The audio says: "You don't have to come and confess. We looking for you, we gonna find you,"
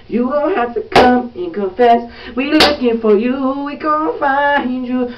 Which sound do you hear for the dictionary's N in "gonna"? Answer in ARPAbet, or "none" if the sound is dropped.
none